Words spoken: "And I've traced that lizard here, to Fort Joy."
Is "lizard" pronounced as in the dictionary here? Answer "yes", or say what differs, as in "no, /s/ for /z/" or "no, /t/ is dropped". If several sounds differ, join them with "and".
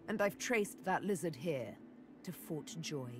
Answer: yes